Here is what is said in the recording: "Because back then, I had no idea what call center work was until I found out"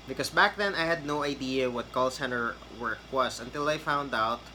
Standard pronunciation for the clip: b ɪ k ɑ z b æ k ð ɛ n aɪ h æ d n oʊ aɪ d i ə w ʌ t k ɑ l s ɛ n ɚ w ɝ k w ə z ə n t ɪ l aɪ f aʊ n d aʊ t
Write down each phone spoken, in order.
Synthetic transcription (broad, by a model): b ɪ k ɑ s b æ k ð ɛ n aɪ h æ d n oʊ aɪ d i ə w ʌ t k ɑ l s ɛ n ɚ w ɝ k w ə s ə n t ɪ l aɪ f aʊ n d aʊ t